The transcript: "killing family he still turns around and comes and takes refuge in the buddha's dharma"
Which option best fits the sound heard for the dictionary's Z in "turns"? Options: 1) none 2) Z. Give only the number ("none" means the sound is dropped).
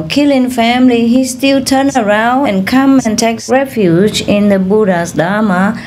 1